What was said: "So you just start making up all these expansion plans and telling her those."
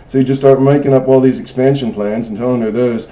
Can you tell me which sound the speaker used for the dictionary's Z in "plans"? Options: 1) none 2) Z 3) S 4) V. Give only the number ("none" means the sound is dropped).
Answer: 2